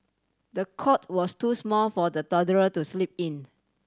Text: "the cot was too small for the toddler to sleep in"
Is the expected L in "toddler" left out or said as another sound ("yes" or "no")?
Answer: yes